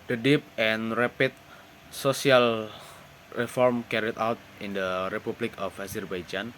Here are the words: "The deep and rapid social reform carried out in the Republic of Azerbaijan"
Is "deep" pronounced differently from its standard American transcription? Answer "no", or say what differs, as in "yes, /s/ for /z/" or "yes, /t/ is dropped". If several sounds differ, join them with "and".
no